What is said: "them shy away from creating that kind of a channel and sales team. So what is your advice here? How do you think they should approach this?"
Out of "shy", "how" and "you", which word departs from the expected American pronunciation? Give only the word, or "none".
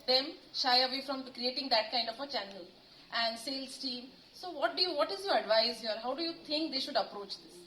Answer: none